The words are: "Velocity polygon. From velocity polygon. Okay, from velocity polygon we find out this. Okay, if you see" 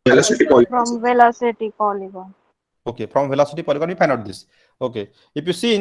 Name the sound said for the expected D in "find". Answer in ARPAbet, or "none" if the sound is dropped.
none